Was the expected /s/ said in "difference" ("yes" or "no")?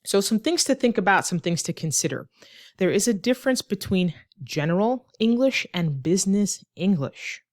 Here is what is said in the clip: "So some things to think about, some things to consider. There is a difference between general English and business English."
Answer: yes